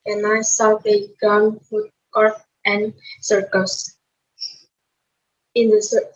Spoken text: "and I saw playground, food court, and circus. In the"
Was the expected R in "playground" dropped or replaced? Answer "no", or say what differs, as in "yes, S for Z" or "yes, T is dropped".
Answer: yes, R is dropped